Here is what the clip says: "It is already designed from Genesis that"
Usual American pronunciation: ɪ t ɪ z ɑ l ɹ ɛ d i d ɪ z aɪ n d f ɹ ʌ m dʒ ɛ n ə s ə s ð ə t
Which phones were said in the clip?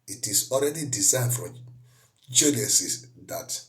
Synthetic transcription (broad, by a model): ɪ t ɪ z ɑ l ɹ ɛ d i d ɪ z aɪ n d f ɹ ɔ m dʒ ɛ l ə s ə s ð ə t